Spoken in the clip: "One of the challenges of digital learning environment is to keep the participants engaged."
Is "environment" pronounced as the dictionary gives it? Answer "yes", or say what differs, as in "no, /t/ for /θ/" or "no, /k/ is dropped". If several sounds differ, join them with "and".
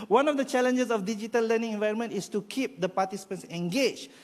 yes